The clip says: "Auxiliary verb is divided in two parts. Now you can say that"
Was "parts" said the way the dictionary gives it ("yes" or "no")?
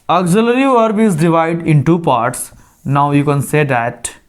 yes